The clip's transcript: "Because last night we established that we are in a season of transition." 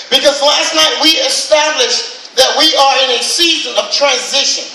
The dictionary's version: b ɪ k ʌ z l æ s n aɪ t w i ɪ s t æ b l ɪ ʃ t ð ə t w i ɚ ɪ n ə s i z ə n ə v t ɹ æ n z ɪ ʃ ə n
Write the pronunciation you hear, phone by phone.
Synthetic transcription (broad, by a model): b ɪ k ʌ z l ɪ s n aɪ t w i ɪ s t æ b l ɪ ʃ ð ə t w i ɚ ɪ n ə s i z ə n ə v t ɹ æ n z ɪ ʃ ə n